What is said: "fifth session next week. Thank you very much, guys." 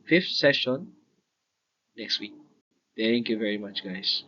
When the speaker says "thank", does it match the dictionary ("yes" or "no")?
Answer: no